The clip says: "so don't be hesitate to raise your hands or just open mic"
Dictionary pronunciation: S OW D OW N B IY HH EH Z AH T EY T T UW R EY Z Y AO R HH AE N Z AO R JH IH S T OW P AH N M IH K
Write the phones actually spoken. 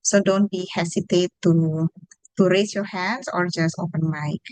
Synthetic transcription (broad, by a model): S OW D OW N B IY HH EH S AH T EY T T UW R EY S Y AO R HH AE N S AO R JH IH S T OW P AH N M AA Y